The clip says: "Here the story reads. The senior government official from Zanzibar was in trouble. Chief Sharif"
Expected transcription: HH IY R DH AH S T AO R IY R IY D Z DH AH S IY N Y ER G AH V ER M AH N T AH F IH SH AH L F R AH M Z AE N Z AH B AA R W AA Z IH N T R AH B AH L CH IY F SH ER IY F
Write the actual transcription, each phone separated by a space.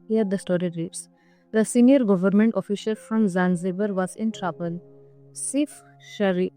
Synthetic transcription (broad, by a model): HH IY R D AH S T AO R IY R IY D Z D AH S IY N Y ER G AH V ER M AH N T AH F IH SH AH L F R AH M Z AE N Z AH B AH R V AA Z IH N T R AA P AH L S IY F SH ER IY